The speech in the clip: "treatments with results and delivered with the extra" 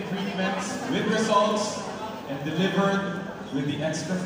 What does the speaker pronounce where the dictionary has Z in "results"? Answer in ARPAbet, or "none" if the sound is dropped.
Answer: S